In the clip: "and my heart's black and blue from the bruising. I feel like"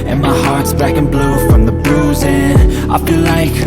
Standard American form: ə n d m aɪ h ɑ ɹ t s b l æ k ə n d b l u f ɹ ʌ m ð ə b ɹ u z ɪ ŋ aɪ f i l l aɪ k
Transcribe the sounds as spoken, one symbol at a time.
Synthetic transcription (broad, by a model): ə n m aɪ h ɑ ɹ t s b æ k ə n b l u f ɹ ʌ m ð ə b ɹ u z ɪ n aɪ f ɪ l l aɪ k